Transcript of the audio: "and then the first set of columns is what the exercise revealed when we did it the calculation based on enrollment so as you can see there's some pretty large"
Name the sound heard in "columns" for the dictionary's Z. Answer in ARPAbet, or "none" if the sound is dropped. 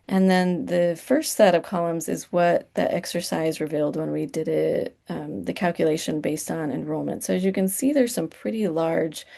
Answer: Z